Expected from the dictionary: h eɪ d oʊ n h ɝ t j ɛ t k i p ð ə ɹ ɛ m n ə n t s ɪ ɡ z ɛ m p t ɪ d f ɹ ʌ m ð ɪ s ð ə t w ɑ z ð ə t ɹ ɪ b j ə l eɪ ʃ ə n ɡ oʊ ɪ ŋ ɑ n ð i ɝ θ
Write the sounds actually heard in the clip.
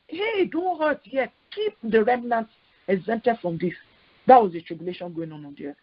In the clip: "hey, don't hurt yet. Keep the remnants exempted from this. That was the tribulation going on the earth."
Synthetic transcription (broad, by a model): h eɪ d oʊ n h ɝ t j ɛ t k i p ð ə ɹ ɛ m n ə n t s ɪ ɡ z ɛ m t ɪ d f ɹ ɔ m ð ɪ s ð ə t w ɑ z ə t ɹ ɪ b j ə l eɪ ʃ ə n ɡ oʊ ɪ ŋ ɑ n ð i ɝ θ